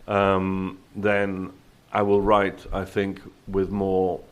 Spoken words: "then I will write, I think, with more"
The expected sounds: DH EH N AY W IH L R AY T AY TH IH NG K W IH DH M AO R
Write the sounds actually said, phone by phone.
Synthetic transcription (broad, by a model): DH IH N AY W IH L R AY T AY TH IH NG K W IH DH M AO R